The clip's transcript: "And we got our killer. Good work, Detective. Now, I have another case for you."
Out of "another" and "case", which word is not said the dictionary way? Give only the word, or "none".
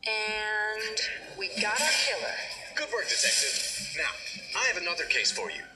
none